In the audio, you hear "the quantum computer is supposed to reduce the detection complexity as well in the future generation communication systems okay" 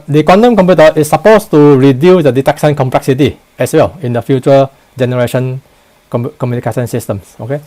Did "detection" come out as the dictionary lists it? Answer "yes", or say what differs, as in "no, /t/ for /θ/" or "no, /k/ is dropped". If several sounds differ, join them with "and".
no, /s/ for /ʃ/